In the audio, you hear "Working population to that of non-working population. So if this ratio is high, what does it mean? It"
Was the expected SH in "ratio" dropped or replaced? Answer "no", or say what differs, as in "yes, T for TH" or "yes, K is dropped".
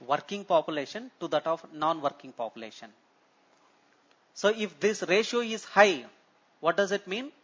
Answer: no